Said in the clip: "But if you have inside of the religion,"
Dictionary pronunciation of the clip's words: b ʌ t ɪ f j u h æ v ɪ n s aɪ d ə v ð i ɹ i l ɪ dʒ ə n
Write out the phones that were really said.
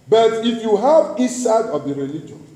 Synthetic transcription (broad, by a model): b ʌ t ɪ f j u h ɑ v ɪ s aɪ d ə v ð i ɹ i l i dʒ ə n